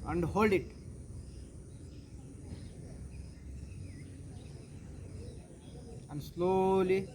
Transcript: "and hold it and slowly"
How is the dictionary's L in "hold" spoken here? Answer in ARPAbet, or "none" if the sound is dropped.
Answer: L